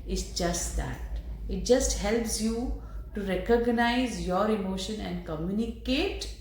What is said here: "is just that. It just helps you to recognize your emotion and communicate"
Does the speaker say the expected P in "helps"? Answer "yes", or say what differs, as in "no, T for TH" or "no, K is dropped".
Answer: yes